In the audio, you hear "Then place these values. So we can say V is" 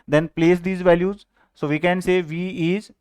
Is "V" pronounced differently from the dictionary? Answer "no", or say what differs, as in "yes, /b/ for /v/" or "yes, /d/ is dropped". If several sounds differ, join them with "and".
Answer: no